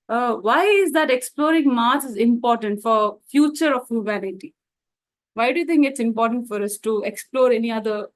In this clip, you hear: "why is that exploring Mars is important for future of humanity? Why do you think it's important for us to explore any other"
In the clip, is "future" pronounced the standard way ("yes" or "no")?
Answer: yes